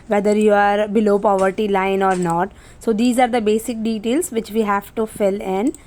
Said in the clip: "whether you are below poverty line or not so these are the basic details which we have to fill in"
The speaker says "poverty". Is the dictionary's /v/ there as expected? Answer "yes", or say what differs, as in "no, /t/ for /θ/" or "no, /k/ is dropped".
yes